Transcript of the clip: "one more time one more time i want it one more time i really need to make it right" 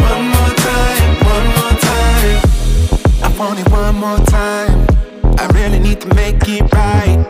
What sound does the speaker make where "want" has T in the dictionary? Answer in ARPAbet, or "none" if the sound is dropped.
none